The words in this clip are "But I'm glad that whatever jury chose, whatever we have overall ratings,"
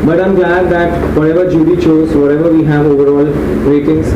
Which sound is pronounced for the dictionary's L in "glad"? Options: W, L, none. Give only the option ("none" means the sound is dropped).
none